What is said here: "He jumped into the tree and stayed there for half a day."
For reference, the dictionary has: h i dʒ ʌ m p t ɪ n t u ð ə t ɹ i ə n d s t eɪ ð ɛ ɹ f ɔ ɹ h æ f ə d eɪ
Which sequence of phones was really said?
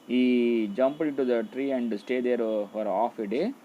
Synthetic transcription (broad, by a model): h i dʒ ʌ m p ɪ n t u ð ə t ɹ i ə n d s t eɪ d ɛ ɹ f ɔ ɹ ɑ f ə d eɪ